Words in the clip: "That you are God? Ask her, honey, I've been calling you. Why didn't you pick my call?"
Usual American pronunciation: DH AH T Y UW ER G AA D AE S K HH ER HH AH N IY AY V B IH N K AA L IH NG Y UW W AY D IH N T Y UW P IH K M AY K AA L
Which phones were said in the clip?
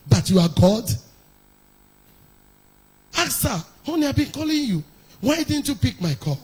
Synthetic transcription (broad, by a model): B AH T Y UW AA G AA D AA K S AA HH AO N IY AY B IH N K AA L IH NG Y UW W AY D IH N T Y UW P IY K M AY K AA